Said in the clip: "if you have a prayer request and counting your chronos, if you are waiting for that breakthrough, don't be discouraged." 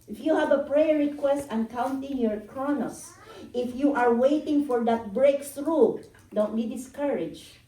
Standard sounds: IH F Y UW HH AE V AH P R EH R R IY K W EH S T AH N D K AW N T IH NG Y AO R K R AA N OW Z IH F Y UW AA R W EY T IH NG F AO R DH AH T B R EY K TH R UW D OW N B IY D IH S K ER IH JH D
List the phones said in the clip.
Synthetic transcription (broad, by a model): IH F Y UW HH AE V AH P R EH R R IY K W EH S T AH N K AW N T IH NG Y AO R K R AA N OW S IH F Y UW AA R W EY T IH NG F AO R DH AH T B R EY K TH R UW D OW N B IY D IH S K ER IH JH